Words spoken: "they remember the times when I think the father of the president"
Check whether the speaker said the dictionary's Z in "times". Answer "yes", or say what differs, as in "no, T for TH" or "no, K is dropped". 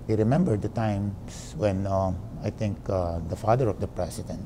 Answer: no, S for Z